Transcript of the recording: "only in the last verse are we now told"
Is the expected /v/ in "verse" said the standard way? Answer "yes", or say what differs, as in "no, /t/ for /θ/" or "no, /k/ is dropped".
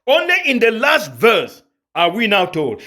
yes